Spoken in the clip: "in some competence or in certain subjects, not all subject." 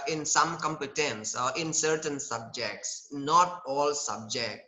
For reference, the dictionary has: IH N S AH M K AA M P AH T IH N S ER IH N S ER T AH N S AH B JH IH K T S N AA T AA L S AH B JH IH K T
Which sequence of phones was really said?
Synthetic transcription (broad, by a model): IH N S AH M K AA M P AH T IH N S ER IH N S ER T AH N S AH B JH IH K T S N AA T AA L S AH B JH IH K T